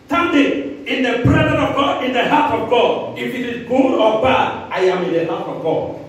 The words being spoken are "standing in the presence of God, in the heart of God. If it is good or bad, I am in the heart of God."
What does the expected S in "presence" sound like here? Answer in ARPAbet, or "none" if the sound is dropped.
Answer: none